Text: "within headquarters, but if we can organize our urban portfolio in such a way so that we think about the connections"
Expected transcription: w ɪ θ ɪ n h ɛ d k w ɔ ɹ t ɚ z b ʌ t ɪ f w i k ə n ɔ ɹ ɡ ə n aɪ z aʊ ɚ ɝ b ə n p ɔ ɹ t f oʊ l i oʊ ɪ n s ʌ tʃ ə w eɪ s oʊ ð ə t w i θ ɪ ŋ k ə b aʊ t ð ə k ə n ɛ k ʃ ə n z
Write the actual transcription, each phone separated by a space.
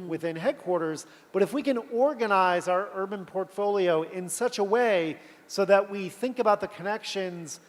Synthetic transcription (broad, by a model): w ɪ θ ɪ n h ɛ d k w ɔ ɹ t ɚ z b ʌ t ɪ f w i k ə n ɔ ɹ ɡ ə n aɪ z aʊ ɚ ɝ b ə n p ɔ ɹ t f oʊ l i oʊ ɪ n s ʌ tʃ ə w eɪ s oʊ ð ə t w i θ ɪ ŋ k ə b aʊ t ð ə k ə n ɛ k ʃ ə n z